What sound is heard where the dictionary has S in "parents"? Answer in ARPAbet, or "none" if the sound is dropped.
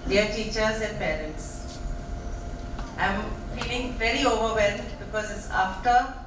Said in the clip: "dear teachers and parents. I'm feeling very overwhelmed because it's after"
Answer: S